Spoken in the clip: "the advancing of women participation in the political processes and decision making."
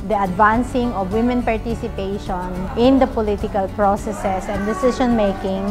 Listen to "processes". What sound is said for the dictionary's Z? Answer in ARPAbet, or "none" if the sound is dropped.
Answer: S